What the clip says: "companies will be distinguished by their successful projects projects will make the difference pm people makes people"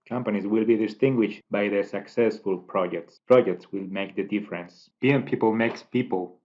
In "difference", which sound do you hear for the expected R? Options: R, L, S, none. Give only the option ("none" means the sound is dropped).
R